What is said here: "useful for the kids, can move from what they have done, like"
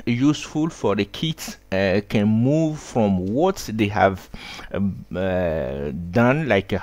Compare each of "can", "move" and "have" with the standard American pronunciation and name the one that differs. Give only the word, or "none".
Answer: none